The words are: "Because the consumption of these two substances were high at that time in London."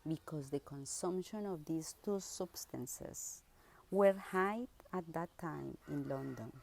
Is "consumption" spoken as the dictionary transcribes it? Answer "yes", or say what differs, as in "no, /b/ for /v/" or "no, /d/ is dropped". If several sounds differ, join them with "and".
yes